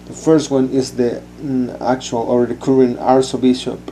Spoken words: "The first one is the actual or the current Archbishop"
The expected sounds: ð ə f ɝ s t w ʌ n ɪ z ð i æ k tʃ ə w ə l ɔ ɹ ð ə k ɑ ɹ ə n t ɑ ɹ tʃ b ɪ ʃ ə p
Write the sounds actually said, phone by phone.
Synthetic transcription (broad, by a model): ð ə f ɝ s t w ʌ n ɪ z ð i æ k tʃ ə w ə l ɔ ɹ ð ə k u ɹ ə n ɑ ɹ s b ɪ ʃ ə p